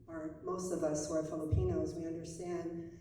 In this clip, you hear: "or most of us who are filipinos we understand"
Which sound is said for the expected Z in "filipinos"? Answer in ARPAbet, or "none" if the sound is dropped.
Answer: Z